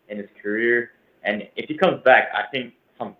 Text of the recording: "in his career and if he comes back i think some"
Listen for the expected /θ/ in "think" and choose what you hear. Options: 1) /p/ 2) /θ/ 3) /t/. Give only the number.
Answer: 2